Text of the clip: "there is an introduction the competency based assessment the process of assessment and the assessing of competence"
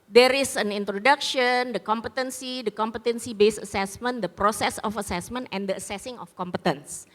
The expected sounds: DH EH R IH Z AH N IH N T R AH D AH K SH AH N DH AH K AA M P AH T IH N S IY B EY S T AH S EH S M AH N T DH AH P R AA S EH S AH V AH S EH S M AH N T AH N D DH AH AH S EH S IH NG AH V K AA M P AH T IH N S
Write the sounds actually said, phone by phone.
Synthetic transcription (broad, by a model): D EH R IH S AH N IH N T R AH D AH K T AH N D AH K AA M P AH T IH N S IY B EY S AH S EH S M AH N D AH P R AA S EH S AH F AH S EH S M AH N T AH N D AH AH S EH S IH NG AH F K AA M P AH T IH N S